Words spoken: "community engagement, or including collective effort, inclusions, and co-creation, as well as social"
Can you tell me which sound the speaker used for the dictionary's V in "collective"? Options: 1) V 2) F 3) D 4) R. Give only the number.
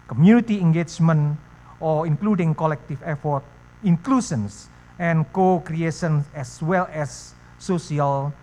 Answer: 2